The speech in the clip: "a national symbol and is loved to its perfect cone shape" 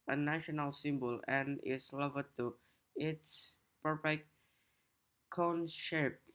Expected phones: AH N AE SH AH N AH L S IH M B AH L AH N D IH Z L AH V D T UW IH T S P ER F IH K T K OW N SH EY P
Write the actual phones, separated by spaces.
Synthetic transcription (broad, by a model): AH N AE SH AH N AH L S IH M B AH L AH N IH S L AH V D T UW IH T S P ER P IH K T K OW N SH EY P